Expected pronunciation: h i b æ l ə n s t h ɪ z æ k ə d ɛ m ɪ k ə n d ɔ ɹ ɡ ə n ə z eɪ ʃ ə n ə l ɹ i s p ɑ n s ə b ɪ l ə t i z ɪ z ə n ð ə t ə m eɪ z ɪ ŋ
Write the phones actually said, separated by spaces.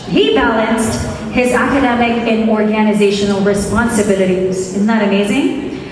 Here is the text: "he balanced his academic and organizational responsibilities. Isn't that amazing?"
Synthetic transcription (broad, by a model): h i b æ l ə n s t h ɪ z æ k ə d ɛ m ɪ k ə n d ɔ ɹ ɡ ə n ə z eɪ ʃ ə n l ɹ i s p ɑ n s ə b ɪ l ə t i z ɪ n ð ə t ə m eɪ z ɪ ŋ